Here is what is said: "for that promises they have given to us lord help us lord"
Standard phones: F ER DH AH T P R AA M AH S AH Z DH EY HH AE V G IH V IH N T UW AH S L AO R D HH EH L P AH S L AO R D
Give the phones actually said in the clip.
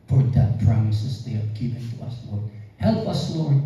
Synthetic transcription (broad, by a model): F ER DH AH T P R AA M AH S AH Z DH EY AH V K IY P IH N T UW AH S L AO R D HH EH L P AH S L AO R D